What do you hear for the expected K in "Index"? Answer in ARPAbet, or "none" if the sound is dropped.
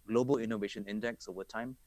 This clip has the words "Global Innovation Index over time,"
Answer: K